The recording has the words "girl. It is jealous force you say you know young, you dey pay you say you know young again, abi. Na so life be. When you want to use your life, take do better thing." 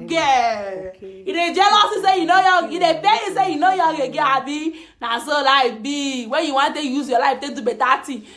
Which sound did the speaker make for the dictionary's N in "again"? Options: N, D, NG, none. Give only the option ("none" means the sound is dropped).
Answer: none